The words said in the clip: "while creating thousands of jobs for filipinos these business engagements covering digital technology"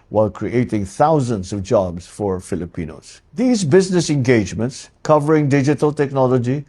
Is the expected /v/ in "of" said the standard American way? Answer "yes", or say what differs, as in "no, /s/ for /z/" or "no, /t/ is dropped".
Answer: yes